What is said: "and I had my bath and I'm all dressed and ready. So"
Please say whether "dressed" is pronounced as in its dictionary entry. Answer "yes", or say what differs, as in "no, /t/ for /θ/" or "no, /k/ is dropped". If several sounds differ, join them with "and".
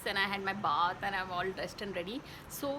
no, /ɹ/ is dropped